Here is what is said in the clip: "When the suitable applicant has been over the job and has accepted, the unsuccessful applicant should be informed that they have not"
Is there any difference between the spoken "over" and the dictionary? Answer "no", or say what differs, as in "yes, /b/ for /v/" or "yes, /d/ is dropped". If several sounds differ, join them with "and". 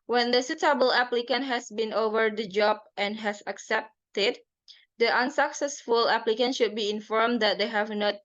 no